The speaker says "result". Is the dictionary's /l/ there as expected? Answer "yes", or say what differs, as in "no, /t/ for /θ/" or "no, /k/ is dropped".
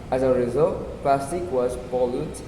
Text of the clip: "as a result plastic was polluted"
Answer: yes